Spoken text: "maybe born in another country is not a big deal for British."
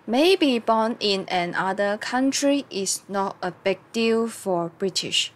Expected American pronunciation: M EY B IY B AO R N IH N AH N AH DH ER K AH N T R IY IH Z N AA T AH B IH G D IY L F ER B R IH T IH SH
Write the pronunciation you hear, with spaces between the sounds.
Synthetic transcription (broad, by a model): M EY B IY B AO N IH N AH N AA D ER K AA N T R IY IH S N AA T AH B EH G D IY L F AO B R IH T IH SH